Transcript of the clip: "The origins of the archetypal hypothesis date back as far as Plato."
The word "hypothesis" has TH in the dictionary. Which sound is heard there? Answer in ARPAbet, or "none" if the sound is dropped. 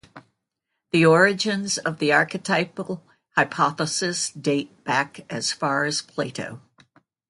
TH